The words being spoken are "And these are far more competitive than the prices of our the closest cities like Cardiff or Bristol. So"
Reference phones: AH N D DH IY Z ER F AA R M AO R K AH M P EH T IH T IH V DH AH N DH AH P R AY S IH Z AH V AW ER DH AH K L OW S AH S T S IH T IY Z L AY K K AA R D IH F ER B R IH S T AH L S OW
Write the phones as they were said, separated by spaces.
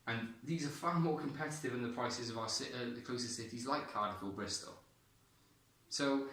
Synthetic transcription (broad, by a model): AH N DH IY Z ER F AA M AO K AH M P EH T IH T IH V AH N DH AH P R AY S IH Z AH V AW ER DH AH K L OW S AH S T S IH T IY Z L AY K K AA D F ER B R IH S T AH L S OW